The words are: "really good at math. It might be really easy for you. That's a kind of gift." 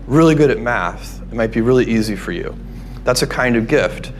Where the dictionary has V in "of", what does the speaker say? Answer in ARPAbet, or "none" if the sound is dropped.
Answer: V